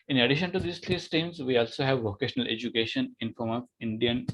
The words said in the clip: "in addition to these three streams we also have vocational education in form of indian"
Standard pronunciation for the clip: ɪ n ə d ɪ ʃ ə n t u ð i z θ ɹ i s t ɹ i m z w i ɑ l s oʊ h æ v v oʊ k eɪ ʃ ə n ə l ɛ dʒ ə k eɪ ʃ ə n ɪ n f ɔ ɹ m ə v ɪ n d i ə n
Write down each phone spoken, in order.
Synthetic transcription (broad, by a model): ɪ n ə d ɪ ʃ ə n t u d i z t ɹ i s t i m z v i ɑ l s oʊ h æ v v oʊ k eɪ ʃ ə n ə l ɛ dʒ ə k eɪ ʃ ə n ɪ n f ɔ ɹ m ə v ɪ n d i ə n